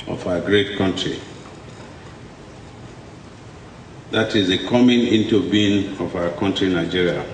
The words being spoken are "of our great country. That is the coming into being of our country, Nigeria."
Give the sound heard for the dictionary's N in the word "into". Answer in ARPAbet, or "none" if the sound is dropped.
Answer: N